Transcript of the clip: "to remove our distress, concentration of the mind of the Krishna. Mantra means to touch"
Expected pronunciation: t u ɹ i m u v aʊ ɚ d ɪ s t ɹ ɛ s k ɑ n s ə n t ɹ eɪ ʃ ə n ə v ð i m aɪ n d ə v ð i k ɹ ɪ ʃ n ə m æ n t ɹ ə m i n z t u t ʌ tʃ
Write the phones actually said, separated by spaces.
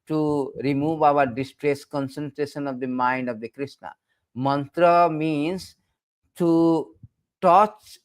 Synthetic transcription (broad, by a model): t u ɹ i m u v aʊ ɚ d ɪ s t ɹ ɛ s k ɑ n s ə n t ɹ eɪ ʃ ə n ə v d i m aɪ n d ə v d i k ɹ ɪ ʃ n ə m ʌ n t ɹ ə m i n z t u t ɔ tʃ